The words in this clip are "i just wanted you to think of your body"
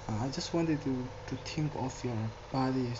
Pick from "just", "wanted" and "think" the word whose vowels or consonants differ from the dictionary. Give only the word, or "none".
think